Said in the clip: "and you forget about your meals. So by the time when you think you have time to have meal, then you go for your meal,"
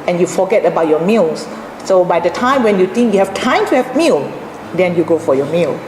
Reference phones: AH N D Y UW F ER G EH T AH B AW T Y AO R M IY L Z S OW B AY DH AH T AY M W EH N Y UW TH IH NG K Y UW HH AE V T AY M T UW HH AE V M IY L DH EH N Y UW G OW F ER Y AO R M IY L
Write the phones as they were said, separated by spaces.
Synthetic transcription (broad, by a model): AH N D Y UW F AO G EH T AH B AW T Y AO M IY L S S OW B AY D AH T AY M W EH N Y UW T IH NG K Y UW HH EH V T AY M T UW HH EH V M IY L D EH N Y UW G OW F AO Y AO M IY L